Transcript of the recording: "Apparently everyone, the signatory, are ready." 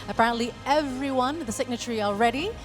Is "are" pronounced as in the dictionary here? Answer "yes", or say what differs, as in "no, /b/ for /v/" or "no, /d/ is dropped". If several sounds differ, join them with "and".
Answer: no, /l/ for /ɹ/